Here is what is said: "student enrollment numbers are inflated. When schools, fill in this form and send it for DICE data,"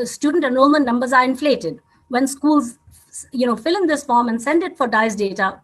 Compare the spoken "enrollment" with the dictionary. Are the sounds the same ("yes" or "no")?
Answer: no